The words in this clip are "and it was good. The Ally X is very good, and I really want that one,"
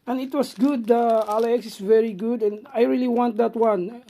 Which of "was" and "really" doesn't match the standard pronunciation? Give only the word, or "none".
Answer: was